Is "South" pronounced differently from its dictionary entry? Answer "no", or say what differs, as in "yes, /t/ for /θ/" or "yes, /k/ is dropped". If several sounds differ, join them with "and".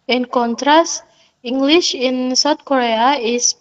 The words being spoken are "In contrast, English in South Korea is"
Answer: yes, /t/ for /θ/